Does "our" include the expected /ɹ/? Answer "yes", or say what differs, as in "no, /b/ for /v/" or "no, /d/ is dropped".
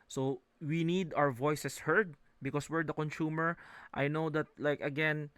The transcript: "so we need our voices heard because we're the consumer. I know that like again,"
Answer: no, /w/ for /ɹ/